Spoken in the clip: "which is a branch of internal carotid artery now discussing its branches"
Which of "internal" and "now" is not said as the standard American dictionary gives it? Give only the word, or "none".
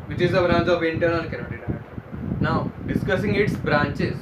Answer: internal